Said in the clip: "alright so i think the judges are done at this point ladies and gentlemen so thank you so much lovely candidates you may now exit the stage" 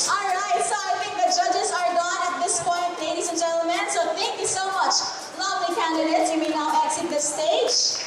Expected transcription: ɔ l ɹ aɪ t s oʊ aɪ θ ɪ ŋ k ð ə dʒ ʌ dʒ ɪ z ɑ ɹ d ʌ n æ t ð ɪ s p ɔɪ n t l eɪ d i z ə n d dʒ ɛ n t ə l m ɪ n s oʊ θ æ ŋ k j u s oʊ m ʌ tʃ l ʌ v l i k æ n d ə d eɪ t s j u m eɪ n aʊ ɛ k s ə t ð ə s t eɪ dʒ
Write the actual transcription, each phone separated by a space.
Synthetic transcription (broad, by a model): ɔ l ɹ aɪ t s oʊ aɪ t ɪ ŋ k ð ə dʒ ʌ dʒ ɪ z ɑ ɹ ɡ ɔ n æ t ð ɪ s p ɔɪ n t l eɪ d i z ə n dʒ ɛ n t l m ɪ n s oʊ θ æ ŋ k j u s oʊ m ʌ tʃ l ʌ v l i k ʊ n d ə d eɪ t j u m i n aʊ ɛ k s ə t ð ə s t eɪ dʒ